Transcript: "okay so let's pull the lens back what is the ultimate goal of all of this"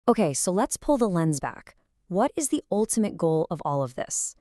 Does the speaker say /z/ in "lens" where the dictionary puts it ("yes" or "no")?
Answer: yes